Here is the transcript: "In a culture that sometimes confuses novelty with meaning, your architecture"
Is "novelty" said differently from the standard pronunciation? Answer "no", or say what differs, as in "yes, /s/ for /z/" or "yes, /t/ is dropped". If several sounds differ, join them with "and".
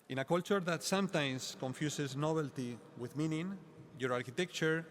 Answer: yes, /b/ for /v/